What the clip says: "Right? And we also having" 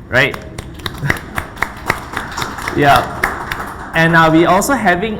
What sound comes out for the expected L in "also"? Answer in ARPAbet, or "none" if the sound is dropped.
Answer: L